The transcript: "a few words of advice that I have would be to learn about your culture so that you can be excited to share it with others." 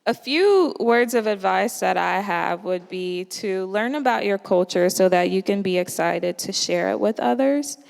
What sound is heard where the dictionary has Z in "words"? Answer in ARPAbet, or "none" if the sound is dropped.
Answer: Z